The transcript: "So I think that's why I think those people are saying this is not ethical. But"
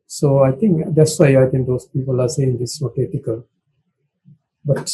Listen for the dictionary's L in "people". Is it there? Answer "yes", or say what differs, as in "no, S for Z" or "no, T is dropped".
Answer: yes